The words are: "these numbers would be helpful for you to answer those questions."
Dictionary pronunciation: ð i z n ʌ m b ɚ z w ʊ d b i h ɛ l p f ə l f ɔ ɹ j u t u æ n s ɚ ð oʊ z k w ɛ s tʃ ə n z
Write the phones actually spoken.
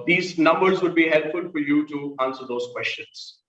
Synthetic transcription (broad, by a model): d i z n ʌ m b ɚ z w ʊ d b i h ɛ l p f ə l f ɔ ɹ j u t u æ n s ɚ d oʊ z k w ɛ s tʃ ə n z